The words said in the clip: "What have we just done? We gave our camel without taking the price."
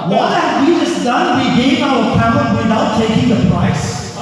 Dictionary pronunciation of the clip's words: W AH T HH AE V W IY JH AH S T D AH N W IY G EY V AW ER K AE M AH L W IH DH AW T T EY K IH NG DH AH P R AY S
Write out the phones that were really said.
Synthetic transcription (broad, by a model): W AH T HH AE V W IY JH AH S D AH N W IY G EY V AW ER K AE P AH N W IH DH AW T T EY K IH NG DH AH P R AY S